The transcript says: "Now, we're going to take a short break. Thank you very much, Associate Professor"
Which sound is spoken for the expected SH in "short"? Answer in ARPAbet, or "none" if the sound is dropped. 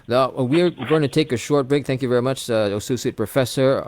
SH